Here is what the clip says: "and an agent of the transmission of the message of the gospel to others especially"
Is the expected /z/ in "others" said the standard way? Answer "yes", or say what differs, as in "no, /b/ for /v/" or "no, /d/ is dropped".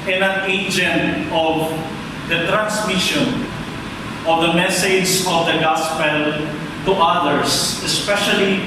no, /s/ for /z/